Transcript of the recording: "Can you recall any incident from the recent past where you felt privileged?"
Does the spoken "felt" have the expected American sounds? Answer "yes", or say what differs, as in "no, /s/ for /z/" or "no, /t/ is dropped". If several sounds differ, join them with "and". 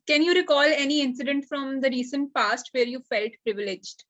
yes